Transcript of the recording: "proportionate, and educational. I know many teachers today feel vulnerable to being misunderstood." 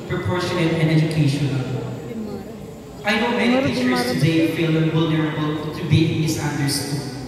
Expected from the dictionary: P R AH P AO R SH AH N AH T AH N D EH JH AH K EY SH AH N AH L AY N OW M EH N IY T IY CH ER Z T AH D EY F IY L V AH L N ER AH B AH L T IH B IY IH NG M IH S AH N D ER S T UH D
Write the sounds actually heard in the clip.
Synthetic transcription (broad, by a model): P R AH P AO R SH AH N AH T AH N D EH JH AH K EY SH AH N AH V AY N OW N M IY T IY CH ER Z T AH D EY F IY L W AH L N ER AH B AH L T IH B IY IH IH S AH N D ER S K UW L